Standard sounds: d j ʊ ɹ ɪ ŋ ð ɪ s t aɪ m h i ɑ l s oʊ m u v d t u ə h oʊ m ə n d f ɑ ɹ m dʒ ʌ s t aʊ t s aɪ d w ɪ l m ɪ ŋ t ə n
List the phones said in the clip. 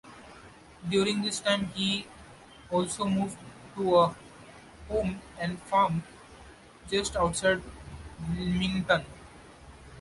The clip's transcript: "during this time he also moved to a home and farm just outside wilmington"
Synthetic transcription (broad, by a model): d j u ɹ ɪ ŋ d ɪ s t aɪ m h i ɑ l s oʊ m u v d t u ə h oʊ m ə n d f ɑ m dʒ ʌ s t aʊ t s aɪ d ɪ m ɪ ŋ t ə n